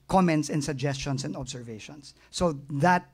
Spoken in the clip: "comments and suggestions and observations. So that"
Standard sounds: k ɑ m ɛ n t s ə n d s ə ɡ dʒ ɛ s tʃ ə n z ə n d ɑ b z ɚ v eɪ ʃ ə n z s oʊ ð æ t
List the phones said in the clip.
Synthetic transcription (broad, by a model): k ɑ m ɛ n t s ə n s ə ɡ dʒ ɛ s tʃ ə n s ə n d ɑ b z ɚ v eɪ ʃ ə n s oʊ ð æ t